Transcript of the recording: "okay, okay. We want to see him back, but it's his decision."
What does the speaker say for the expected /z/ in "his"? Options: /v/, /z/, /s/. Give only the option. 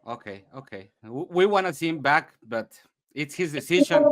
/z/